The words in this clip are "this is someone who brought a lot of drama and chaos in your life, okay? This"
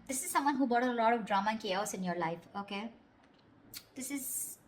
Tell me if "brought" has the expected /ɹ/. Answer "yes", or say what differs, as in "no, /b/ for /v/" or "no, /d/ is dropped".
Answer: no, /ɹ/ is dropped